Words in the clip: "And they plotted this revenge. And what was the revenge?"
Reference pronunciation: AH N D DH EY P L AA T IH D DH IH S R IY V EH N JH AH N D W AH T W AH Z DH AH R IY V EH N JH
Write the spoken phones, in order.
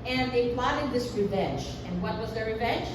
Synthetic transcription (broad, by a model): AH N DH EY P L AA T IH D DH IH S R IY V EH N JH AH N W AH T W AH Z DH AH R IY V EH N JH